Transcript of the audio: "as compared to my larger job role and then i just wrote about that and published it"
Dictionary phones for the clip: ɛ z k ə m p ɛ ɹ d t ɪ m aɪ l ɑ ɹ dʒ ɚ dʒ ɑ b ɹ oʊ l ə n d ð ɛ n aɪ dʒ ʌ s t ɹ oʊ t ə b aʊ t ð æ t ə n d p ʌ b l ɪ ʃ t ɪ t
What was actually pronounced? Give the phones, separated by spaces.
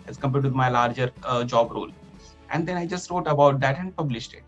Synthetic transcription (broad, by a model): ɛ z k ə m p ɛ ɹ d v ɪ m aɪ l ɑ ɹ dʒ ɚ dʒ ɑ b ɹ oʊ l ə n d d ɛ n aɪ dʒ ʌ s t ɹ oʊ t ə b aʊ t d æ t ə n d p ʌ b l ɪ ʃ t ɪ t